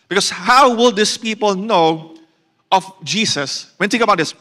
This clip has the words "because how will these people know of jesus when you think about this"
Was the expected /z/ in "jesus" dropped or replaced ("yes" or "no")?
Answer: yes